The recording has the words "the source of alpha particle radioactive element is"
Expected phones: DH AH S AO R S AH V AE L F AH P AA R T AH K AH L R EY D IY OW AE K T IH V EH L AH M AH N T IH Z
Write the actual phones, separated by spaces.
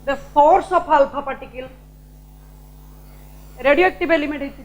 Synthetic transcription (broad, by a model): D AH S AO R S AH P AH L P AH P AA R T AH K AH L R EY D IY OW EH K T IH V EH L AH M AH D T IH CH